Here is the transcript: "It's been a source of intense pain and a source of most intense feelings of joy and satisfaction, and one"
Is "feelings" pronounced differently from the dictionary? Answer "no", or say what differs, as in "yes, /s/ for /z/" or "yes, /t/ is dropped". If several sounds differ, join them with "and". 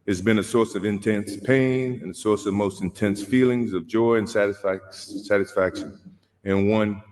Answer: no